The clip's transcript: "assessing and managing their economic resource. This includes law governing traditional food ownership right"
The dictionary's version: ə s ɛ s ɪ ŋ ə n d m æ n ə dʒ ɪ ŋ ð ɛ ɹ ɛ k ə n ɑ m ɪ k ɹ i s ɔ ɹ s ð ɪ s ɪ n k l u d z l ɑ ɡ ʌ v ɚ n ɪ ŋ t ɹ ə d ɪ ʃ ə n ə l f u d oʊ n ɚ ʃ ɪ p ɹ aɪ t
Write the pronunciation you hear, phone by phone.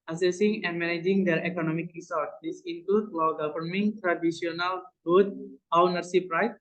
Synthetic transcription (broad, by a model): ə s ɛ s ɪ ŋ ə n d m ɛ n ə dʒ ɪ ŋ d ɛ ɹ ɛ k ə n ɑ m ɪ k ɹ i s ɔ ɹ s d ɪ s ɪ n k l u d l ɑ ɡ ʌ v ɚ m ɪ ŋ t ɹ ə d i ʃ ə n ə l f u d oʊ n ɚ s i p ɹ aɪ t